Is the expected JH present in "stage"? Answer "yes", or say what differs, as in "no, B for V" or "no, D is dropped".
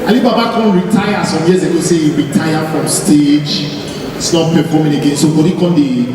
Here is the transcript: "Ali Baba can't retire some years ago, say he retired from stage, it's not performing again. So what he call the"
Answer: no, JH is dropped